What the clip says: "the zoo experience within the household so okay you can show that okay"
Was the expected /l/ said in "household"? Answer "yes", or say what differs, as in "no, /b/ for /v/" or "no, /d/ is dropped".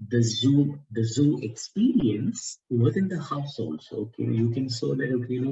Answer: yes